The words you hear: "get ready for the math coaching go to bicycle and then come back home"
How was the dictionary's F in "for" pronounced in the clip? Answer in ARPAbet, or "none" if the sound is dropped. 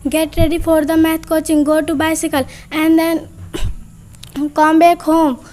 P